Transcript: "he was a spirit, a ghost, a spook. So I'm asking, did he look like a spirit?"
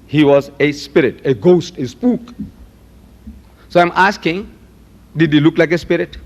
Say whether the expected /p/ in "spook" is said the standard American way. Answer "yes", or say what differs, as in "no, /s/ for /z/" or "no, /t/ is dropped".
yes